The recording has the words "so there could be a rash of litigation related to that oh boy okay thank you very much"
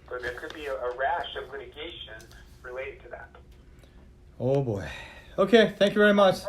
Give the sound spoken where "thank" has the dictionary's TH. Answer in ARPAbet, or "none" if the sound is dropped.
TH